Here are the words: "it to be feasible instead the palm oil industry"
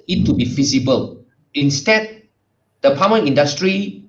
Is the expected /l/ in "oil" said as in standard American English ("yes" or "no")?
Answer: no